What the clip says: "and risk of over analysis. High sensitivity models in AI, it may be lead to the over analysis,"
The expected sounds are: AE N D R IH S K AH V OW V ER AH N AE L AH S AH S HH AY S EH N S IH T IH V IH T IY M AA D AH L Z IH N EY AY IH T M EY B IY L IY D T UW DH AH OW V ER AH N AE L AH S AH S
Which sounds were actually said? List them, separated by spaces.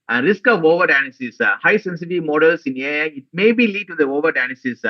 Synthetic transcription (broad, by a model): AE N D R IH S K AH V OW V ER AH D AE N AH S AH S HH AY S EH N S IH T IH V M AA D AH L S IH N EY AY IH T M EY B IY L IY D T UW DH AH OW V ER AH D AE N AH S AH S